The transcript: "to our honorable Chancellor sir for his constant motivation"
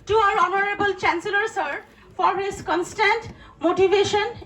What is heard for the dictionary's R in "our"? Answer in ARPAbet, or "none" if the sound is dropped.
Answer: R